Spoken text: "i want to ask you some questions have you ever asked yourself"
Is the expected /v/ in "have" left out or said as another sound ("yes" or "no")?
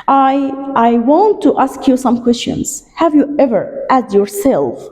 no